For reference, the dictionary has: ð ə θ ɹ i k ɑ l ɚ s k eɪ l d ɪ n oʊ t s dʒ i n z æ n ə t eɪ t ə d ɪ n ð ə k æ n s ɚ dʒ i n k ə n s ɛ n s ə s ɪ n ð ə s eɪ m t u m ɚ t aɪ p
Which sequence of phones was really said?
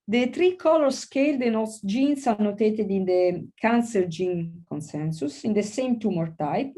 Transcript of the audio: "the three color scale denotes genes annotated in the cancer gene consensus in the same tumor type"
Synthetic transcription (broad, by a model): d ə t ɹ i k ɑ l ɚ s k eɪ l d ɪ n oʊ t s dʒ i n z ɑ n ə t eɪ t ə d ɪ n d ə k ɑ n s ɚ dʒ i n k ə n s ɛ n s ə s ɪ n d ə s eɪ m t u m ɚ t aɪ p